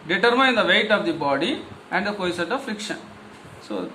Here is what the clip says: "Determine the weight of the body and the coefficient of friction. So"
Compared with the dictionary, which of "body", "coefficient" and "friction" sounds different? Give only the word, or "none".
coefficient